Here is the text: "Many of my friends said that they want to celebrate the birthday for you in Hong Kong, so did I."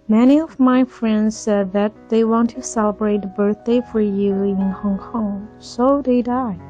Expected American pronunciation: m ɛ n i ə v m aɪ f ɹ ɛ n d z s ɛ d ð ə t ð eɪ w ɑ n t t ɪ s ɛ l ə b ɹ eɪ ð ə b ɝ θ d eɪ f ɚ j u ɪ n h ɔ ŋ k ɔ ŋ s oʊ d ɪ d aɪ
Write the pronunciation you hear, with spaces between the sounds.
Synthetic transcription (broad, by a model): m ɛ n i ə v m aɪ f ɹ ɛ n d z s ɛ d ð ə t ð eɪ w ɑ n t t ɪ s ɛ l ə b ɹ eɪ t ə b ɝ θ d eɪ f ɚ j u ɪ n h ɔ ŋ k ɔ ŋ s oʊ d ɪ d aɪ